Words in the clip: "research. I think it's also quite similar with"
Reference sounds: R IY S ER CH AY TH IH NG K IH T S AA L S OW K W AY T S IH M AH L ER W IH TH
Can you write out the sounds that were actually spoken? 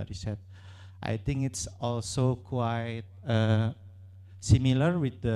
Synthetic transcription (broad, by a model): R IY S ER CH AY T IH NG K IH T S AA L S OW K W AY T S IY M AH L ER W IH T